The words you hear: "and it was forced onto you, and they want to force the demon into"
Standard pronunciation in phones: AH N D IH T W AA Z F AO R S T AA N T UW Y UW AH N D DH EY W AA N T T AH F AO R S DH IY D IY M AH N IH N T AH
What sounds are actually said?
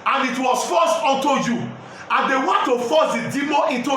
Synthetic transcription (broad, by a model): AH N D IH T W AA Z F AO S T AA N T UW Y UW AH N D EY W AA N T T AH F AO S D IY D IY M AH IH N T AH